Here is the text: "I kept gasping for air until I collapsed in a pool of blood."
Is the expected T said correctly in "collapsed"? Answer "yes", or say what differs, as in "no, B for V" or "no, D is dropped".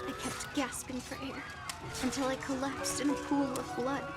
yes